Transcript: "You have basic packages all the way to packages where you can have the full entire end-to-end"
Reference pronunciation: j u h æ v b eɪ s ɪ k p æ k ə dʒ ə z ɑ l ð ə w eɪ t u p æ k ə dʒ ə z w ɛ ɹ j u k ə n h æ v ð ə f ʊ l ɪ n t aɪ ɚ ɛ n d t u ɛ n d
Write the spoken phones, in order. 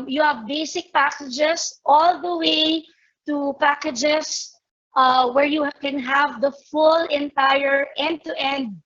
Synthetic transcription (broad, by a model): j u h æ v b eɪ s ɪ k p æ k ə dʒ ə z ɑ l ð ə w eɪ t u p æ k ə dʒ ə s w ɛ ɹ j u k ə n h æ v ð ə f ʊ l ɪ n t aɪ ɚ ɛ n d t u ɛ n d